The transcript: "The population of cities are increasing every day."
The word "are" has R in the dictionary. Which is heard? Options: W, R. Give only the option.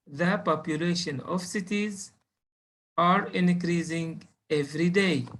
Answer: R